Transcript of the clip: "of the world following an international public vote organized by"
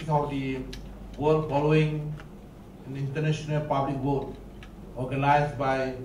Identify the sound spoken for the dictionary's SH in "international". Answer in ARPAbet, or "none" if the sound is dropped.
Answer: S